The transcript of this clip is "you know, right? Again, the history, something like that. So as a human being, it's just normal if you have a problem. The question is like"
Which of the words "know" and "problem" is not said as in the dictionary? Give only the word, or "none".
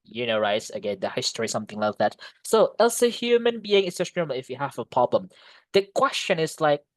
none